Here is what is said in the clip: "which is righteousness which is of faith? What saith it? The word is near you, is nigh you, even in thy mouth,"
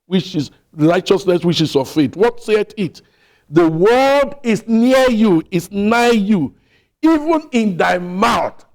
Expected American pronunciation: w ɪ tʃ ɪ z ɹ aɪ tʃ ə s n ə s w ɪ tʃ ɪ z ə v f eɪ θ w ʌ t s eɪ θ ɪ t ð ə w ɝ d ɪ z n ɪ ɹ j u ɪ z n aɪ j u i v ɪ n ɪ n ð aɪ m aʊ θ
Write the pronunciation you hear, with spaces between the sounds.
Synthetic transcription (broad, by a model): w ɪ tʃ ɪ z ɹ aɪ tʃ ə s n ə s w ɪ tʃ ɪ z ə v f eɪ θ w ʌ t s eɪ t ɪ t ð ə w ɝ d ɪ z n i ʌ j u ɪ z n aɪ j u i v ɪ n ɪ n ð aɪ m aʊ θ